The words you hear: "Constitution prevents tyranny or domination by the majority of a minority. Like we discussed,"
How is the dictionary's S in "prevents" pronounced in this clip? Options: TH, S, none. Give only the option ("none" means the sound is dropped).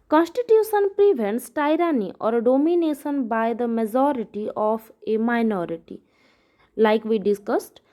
S